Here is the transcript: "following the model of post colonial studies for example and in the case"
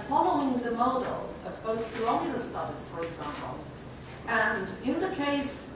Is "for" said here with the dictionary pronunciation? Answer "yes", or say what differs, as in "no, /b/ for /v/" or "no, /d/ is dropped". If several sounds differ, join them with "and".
yes